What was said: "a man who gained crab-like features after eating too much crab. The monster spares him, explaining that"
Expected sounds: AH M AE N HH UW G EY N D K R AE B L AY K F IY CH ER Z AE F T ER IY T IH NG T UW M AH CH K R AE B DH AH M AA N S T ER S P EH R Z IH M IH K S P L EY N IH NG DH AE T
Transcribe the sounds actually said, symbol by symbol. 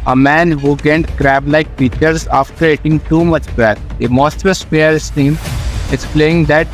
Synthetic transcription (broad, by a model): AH M AE N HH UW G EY N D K R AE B L AY K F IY CH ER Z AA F T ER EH T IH NG T UW M AH CH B R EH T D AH M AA S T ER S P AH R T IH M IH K S P L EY IH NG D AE T